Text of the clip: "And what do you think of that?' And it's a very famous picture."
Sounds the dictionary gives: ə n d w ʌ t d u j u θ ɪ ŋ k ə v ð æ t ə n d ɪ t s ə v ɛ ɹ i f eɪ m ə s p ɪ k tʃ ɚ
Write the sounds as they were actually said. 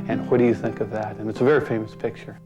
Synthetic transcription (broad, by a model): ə n w ʌ t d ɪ j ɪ θ ɪ ŋ k ə v ð æ t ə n ɪ t s ə v ɛ ɹ i f eɪ m ə s p ɪ k tʃ ɚ